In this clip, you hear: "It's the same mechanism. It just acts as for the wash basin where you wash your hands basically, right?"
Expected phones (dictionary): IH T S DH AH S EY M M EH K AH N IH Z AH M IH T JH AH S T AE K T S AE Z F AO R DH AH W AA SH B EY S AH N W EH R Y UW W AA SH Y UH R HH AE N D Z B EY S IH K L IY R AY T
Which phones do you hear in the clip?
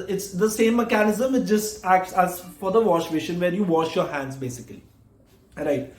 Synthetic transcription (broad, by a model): IH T S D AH S EY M M EH K AH N IH Z AH M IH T JH AH S T AE K T S AE Z F AO R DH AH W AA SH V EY SH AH N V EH R Y UW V AA SH Y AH R HH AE N D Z B EY S IH K L IY R AY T